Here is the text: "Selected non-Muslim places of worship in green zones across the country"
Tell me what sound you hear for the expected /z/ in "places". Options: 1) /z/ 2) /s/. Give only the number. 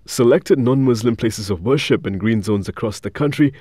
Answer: 1